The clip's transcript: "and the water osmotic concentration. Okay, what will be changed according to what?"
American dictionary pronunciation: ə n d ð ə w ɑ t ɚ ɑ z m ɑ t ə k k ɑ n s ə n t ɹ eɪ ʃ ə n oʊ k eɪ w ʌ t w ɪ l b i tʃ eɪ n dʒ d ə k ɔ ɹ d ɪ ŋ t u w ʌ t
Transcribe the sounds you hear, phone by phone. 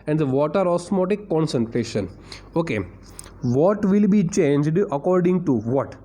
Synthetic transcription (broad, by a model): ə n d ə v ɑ t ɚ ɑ s m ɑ t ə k k ɑ n s ə n t ɹ eɪ ʃ ə n oʊ k eɪ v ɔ t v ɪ l b i tʃ eɪ n dʒ d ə k ɔ ɹ d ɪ ŋ t u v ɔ t